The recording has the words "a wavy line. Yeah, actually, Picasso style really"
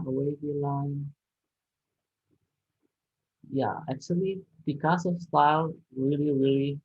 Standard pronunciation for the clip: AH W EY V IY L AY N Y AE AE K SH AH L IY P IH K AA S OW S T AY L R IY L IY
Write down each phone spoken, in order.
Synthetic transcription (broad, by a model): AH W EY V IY L AY N Y AE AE K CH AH L IY B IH K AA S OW S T AY L R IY L IY